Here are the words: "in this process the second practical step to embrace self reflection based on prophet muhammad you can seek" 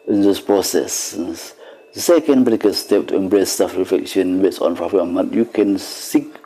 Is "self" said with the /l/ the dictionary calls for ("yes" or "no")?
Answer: no